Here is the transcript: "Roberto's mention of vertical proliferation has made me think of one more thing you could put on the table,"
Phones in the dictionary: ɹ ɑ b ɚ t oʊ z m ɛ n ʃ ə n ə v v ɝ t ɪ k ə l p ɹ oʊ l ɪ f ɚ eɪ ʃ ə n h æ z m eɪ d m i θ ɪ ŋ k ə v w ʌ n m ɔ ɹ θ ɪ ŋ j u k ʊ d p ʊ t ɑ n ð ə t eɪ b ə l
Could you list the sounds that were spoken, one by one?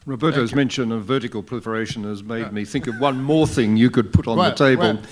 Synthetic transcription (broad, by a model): ɹ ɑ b ɚ t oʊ z m ɛ n ʃ ə n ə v v ɝ t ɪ k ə l p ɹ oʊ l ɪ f ɚ eɪ ʃ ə n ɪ z m eɪ d m i θ ɪ ŋ k ə v w ʌ n m ɔ ɹ θ ɪ ŋ j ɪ k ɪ d p ʊ t n ð ə t eɪ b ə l